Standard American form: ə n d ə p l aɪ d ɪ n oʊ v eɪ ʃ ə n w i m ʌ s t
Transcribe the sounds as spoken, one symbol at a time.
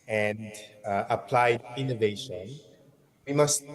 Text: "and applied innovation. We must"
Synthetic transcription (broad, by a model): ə n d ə p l aɪ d ɪ n oʊ v eɪ ʃ ə n w i m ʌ s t